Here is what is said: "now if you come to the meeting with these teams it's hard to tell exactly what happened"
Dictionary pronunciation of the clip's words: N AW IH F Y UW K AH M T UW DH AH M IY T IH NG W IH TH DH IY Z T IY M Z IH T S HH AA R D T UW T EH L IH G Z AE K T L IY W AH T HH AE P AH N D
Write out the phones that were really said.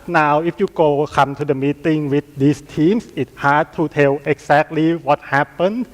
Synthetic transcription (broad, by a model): N AW IH F Y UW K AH M T UW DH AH M IY T IH NG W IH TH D IY S T IY M S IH T HH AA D T UW T EH L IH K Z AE K T L IY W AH T HH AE P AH N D